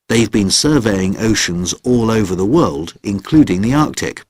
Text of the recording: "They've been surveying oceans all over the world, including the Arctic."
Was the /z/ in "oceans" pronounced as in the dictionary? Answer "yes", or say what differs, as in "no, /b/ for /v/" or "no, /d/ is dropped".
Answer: yes